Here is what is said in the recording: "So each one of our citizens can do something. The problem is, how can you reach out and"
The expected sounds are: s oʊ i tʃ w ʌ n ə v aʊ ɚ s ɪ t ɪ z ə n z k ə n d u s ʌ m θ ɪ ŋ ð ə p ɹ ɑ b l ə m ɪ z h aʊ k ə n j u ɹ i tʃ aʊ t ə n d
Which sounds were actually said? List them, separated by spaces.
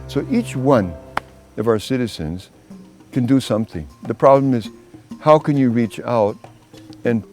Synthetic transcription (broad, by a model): s oʊ i tʃ w ʌ n ə v aʊ ɚ s ɪ t ɪ z ə n z k ə n d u s ʌ m θ ɪ ŋ ð ə p ɹ ɑ b l ə m ɪ z h aʊ k ə n j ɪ ɹ i tʃ aʊ t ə n